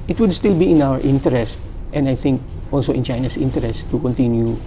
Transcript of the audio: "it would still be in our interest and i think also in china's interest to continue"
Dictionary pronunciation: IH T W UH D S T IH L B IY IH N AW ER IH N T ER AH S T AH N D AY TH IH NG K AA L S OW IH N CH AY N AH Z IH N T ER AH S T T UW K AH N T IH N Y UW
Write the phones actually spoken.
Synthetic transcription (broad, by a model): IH T W UH D S T IH L B IY IH N AW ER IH N T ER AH S T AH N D AY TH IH NG K AA L S OW IH N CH AY N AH S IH N T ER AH S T T UW K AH N T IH N Y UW